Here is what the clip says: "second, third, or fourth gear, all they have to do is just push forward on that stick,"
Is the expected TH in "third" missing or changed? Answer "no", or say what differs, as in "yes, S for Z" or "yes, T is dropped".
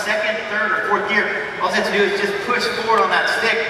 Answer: no